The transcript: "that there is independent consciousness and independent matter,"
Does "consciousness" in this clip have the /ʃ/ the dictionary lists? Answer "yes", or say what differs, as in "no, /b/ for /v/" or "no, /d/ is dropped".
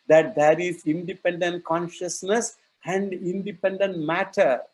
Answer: yes